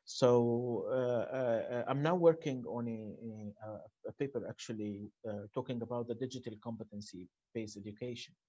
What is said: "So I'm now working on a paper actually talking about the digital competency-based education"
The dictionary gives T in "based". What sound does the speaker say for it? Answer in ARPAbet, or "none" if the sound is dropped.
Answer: none